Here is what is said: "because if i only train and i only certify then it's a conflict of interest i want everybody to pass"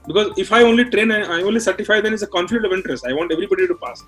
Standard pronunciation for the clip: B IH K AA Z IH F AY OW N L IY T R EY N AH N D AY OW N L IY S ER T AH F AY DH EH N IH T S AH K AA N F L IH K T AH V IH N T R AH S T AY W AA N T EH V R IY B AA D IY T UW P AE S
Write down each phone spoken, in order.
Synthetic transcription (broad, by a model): B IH K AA Z IH F AY OW N L IY T R EY N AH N AY OW N L IY S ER T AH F AY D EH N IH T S AH K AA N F IH T AH V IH N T R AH S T AY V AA N T EH V R IY B AA D IY T UW P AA S